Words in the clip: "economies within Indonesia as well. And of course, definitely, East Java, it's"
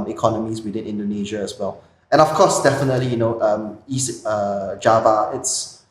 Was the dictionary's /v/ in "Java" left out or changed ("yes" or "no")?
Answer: no